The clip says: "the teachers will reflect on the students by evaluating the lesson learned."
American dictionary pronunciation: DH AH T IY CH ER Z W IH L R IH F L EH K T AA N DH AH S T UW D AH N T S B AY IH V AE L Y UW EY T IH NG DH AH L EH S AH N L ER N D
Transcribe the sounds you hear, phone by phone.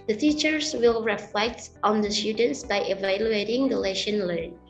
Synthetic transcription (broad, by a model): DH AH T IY CH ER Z W IH L R IH F L EH K T AA N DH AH S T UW D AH N T S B AY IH V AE L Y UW EY T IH NG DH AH L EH SH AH N L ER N